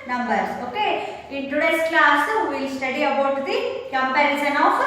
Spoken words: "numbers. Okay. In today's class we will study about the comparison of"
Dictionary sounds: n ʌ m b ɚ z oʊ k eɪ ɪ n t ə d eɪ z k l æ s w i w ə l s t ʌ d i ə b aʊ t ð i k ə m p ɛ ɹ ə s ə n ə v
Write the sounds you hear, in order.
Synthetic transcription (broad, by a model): n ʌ m b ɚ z oʊ k eɪ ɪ n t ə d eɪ s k l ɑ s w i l s t ʌ d i ə b aʊ t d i k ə m p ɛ ɹ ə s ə n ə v